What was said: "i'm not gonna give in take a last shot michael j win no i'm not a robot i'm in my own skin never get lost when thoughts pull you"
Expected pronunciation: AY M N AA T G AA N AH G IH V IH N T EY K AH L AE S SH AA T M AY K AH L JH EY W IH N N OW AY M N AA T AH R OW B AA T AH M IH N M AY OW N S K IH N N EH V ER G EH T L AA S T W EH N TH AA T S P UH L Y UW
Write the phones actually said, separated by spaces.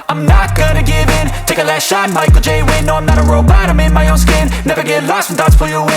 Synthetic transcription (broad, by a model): AY M N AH T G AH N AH G IH V IH N T EY K AH L AE S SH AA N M AY K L JH EY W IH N N OW AY M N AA T AH R OW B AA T AH M IH N M AY OW N S K IH N N EH V ER G EH T L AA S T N T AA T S F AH Y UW